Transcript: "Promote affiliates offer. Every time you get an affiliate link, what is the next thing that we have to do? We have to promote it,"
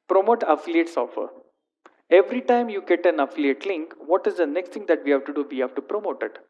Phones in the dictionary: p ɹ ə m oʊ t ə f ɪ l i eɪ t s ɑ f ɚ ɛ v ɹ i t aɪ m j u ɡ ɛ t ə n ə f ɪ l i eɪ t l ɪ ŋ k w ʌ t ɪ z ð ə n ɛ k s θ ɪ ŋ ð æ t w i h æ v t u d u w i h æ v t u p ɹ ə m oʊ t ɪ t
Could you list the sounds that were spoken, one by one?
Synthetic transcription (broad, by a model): p ɹ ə m oʊ t ə f ɪ l i eɪ t s ɑ f ɚ ɛ v ɹ i t aɪ m j u ɡ ɛ t ə n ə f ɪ l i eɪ t l ɪ ŋ k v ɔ t ɪ z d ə n ɛ k s t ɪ ŋ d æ t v i h æ v t u d u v i h æ v t u p ɹ ə m oʊ t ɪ t